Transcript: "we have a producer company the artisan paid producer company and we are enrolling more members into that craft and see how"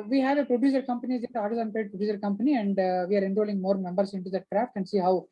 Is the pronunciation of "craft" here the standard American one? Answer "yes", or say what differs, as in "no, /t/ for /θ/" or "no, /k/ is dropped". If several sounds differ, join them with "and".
yes